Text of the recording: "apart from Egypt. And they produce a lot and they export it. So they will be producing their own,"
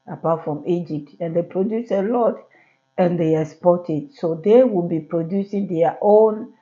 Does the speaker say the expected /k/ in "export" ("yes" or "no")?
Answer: no